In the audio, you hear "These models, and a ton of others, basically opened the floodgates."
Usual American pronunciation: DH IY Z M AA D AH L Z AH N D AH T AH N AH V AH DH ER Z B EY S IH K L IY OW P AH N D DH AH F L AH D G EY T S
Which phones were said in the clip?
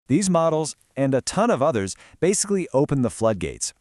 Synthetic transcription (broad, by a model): DH IY Z M AA D L Z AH N AH T AH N AH V AH DH ER Z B EY S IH K L IY OW P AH N DH AH F L AH D G EY T S